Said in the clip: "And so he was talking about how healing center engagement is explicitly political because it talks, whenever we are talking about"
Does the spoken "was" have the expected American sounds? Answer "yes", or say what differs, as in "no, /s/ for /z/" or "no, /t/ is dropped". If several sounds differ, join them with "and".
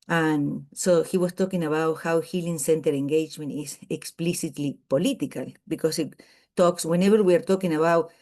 no, /s/ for /z/